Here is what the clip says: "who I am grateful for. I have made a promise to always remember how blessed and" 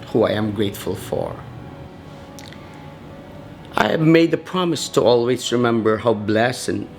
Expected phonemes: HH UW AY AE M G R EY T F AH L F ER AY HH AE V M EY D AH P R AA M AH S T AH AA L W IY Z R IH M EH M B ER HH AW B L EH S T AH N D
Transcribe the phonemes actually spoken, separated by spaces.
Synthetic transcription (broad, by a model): HH UW AY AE M G R EY T F AH L F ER AY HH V M EY D AH P R AA M AH S T AH AA L W IY Z R IH M EH M B ER HH AW B L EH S AH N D